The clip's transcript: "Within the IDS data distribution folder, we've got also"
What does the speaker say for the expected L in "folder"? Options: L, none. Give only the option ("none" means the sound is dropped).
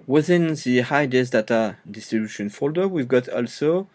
L